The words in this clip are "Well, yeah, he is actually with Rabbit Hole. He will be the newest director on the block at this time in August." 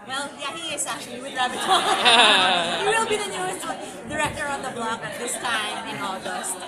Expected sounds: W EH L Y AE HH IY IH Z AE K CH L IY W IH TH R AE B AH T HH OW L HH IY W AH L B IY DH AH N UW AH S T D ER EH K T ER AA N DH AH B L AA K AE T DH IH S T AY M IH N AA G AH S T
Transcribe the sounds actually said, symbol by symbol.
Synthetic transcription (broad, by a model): W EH L Y AE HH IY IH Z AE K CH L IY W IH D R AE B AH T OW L W AH L B IY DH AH N UW AH S T D ER EH K T ER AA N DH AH B L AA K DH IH S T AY IH N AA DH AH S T